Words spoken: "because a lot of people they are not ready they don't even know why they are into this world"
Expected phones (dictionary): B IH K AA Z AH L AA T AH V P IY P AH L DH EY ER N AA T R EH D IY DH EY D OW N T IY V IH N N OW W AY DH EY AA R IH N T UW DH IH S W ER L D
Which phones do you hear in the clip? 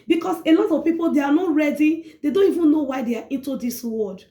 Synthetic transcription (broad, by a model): B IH K AA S AH N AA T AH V P IY P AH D EY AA N AA T R EH D IY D EY D OW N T IY V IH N N OW W AY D EY AA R IH N T UW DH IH S W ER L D